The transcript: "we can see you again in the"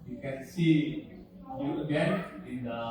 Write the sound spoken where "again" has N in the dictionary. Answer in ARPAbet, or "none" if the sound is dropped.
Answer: none